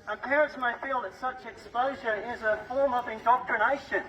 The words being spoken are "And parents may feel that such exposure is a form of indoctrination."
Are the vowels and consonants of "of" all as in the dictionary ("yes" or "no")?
yes